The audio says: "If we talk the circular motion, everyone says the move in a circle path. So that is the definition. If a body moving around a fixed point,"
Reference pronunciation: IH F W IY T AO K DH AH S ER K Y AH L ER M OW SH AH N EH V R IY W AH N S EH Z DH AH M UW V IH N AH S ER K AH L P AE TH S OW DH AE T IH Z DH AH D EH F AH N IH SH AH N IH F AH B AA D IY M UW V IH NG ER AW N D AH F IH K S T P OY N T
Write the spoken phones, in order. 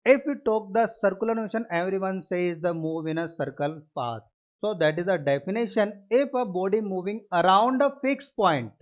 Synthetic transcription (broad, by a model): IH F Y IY T AO K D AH S ER K Y AH L ER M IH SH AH N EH V R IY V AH N S EH Z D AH M UW V IH N AH S ER K AH L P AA T S OW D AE T IH Z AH D EH F AH N IH SH AH N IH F AH B AA D IY M UW V IH NG ER AW N D AH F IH K S P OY N T